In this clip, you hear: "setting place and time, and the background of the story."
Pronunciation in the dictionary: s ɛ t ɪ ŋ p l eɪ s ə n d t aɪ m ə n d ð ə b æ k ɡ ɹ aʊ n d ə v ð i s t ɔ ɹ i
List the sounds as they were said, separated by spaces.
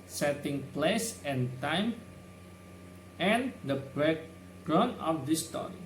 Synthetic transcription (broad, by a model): s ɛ t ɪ ŋ p l eɪ s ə n t aɪ m ə n d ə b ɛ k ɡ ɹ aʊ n ə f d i s t ɔ ɹ i